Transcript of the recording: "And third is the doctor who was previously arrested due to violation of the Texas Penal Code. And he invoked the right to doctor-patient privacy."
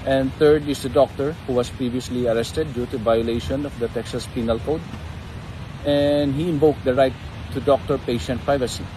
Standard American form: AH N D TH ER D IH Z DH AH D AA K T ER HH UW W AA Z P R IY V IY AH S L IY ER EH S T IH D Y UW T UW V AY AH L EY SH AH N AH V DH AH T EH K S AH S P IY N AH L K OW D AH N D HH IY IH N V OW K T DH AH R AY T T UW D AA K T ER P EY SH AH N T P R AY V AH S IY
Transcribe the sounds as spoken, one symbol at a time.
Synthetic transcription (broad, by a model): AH N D T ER D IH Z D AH D AA K T ER HH UW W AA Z P R IY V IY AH S L IY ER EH S T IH D Y UW T UW V AY AH L EY SH AH N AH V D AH T EH K S AH S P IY N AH L K OW D AH N D HH IY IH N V OW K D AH R AY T T UW D AA K T ER P EY SH AH N T P R AY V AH S IY